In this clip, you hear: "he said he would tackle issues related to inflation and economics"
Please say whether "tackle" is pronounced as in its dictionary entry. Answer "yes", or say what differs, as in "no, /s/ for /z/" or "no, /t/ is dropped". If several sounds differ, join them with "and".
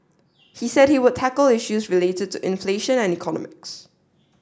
yes